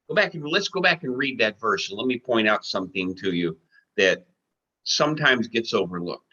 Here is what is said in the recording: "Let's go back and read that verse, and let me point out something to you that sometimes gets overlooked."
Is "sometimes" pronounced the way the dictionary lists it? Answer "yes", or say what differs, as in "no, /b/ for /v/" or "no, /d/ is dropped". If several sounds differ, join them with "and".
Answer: yes